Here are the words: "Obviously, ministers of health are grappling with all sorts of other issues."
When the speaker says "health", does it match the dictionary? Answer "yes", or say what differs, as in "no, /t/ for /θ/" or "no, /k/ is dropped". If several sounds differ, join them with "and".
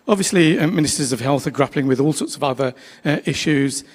yes